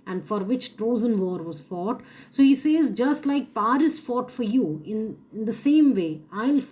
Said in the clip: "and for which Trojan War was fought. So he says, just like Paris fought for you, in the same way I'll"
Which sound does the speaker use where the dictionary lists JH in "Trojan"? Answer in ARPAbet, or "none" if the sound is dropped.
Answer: Z